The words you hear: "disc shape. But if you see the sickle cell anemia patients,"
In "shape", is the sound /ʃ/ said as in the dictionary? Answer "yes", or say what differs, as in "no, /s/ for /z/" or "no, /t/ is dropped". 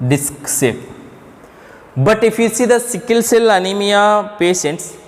no, /s/ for /ʃ/